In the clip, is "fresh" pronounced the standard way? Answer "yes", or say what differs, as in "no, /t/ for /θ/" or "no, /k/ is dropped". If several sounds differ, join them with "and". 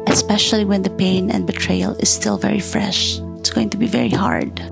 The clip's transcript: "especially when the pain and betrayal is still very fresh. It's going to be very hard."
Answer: yes